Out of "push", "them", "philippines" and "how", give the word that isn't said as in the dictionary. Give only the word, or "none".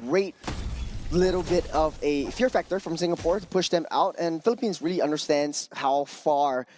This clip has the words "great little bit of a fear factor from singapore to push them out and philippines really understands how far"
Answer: none